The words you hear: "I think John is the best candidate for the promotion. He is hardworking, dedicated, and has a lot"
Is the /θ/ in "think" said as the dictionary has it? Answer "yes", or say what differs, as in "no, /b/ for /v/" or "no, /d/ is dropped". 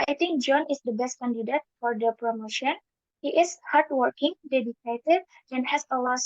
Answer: no, /t/ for /θ/